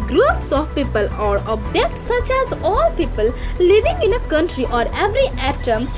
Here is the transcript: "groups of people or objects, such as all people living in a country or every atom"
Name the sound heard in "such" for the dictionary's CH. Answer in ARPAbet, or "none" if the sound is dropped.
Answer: CH